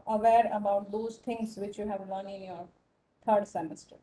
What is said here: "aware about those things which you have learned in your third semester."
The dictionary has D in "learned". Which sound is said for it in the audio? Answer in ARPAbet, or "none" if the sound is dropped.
none